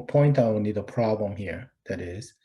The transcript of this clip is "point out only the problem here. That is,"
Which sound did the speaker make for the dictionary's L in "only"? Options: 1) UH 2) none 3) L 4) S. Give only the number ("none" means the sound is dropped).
2